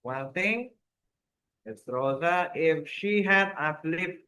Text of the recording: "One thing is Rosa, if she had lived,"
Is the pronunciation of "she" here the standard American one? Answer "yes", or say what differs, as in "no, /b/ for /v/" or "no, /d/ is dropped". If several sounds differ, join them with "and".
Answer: yes